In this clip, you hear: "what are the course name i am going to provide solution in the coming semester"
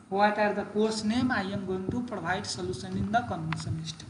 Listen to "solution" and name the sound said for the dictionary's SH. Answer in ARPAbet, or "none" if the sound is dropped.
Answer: S